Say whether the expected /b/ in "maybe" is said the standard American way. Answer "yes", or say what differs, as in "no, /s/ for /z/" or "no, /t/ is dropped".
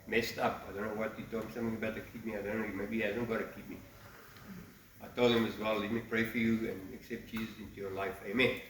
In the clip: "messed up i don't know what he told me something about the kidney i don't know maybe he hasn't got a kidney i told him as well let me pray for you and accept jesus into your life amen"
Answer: no, /b/ is dropped